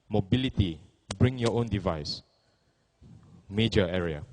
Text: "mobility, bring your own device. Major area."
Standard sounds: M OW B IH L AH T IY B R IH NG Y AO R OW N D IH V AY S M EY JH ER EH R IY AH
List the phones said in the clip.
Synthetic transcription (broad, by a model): M OW B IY L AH T IY B R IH NG Y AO OW N D IH V AY S M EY JH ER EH R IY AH